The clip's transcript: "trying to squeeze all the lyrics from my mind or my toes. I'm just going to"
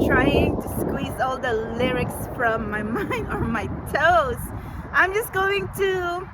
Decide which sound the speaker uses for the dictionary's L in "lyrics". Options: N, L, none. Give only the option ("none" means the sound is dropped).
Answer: L